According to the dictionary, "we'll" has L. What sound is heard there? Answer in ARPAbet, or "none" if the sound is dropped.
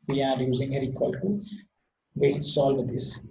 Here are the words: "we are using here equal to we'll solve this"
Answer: N